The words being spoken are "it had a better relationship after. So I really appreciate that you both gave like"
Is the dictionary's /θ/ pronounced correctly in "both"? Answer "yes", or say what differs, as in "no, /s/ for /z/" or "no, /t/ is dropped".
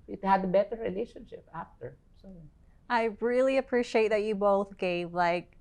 yes